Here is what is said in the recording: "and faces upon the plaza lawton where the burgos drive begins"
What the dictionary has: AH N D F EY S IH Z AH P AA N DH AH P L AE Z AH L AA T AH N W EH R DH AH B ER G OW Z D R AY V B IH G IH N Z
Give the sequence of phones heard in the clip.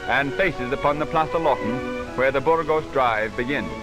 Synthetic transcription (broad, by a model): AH N F EY S IH Z AH P AA N DH AH P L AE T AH L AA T N W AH R DH AH B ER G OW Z D R AY V B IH G IH N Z